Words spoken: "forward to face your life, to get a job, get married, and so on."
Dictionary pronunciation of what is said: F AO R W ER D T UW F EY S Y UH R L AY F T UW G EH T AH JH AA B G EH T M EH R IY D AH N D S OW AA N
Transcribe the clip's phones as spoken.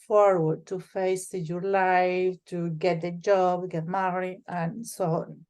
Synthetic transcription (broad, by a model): F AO R W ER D T UW F EY S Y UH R L AY F T UW G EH T AH JH AA B G EH T M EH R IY AH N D S OW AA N